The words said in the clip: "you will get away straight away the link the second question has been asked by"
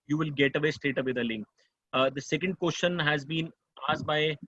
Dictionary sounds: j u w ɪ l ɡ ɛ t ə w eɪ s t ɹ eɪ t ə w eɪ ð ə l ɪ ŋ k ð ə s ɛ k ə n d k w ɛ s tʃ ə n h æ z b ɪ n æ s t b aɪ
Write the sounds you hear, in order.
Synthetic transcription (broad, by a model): j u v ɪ l ɡ ɛ t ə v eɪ s t eɪ t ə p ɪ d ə l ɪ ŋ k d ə s ɛ k ə n d k w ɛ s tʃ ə n h æ z b ɪ n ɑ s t b aɪ